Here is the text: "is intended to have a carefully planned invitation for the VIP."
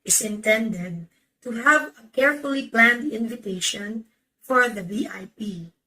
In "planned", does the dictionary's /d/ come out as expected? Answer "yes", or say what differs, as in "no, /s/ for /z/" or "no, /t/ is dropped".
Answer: yes